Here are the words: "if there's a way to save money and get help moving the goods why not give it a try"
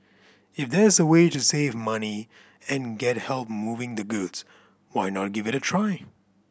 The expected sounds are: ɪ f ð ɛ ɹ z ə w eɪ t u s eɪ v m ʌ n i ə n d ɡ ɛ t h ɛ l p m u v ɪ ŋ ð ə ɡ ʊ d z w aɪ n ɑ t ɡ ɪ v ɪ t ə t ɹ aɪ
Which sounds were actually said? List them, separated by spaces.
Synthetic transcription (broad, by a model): ɪ f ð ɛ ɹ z ə w eɪ t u s eɪ v m ʌ n i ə n ɡ ɛ t h ɛ l p m u v ɪ ŋ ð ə ɡ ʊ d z w aɪ n ɑ t ɡ ɪ v ɪ t ə t ɹ aɪ